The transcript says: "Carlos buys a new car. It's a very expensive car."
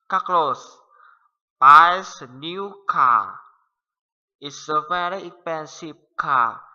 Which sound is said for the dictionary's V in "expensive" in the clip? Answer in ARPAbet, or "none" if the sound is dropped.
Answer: P